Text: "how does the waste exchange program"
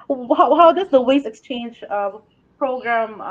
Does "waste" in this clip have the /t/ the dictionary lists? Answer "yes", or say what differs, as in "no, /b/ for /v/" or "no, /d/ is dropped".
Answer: no, /t/ is dropped